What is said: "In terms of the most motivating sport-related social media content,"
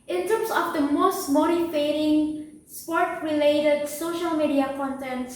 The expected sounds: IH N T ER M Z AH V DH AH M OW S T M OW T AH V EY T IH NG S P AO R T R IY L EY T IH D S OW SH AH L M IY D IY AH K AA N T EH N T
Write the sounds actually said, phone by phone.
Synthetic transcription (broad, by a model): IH N T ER M S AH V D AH M OW S T M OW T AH F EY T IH NG S P AO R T R IY L EY T IH D S OW SH AH L M IY D IY AH K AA N T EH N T